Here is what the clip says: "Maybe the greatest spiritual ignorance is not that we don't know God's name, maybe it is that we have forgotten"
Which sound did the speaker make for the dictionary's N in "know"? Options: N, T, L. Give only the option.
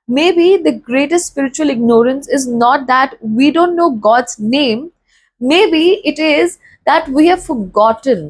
N